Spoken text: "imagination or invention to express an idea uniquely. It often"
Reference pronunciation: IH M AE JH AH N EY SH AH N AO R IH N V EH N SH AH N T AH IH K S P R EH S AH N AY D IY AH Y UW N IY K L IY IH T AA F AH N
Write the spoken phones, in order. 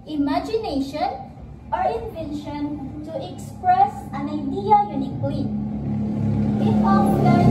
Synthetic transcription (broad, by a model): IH M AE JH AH N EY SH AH N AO R IH N V EH N SH AH N T AH IH K S P R EH S AH N AY D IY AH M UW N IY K IY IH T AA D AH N